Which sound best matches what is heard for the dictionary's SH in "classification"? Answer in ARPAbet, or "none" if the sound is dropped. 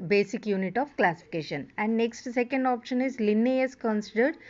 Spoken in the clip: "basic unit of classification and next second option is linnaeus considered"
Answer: SH